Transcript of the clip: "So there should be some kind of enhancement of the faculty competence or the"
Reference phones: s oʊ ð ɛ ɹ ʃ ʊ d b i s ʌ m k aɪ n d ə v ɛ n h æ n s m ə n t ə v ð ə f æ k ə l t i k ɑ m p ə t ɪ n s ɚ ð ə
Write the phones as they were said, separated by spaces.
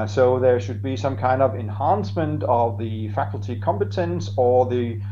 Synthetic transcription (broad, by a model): s oʊ ð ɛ ɹ ʃ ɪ d b i s ʌ m k aɪ n d ə v ɛ n h æ n s m ə n t ə v ð ə f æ k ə l t i k ɑ m p ə t ɪ n s ɚ ð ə